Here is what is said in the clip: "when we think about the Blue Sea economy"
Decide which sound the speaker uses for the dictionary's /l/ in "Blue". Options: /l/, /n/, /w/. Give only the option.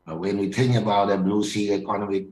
/n/